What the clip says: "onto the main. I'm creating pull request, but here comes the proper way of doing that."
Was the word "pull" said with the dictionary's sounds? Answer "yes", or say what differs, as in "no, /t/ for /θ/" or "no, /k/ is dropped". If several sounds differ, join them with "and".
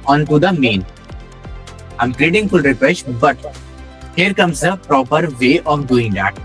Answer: no, /f/ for /p/